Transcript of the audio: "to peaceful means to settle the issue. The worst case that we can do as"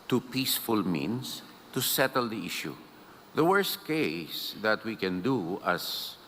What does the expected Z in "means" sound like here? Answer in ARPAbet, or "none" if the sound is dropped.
S